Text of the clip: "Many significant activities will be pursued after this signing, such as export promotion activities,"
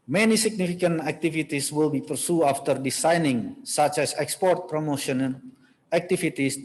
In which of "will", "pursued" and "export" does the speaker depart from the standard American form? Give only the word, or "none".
pursued